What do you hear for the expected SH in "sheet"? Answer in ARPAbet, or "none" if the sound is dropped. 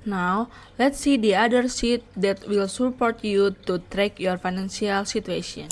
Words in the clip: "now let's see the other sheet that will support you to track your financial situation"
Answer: S